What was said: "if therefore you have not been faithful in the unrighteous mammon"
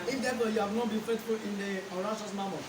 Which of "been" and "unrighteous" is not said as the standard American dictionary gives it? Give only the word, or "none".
unrighteous